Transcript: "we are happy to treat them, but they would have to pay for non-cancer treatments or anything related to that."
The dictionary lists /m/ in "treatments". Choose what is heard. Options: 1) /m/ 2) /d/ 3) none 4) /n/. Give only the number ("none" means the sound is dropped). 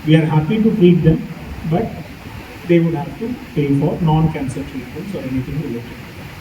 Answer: 3